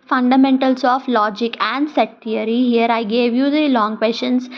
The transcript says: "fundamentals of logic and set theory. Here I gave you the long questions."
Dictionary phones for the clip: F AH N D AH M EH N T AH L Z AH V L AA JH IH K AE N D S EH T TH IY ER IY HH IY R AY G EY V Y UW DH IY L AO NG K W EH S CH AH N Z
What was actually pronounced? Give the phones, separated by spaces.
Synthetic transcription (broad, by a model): F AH N D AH M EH N T AH L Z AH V L AA JH IH K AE N D S EH T T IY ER IY HH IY R AY G EY V Y UW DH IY L AO NG K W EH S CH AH N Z